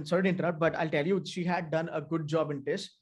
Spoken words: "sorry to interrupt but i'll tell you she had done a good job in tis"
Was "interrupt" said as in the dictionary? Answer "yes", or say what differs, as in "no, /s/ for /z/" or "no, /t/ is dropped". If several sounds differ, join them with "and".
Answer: no, /p/ is dropped